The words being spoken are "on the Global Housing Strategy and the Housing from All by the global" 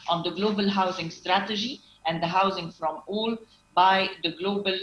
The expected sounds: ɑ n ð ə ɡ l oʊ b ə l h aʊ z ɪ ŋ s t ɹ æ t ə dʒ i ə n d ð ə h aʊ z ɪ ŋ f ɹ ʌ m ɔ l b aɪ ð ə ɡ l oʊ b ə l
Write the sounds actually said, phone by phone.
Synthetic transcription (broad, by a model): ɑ n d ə ɡ l oʊ b ə l h aʊ z ɪ ŋ s t ɹ æ t ə dʒ i ə n d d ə h aʊ z ɪ ŋ f ɹ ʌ m ɔ l b aɪ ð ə ɡ l oʊ b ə l